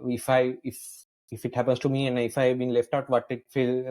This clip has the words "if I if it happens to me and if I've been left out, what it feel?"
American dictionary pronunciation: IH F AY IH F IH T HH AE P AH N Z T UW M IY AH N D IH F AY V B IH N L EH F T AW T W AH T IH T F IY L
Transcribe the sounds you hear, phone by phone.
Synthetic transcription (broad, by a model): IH F AY IH F IH T HH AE P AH N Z T UW M IY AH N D IH F AY V B IH N L EH F T AW T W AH T IH T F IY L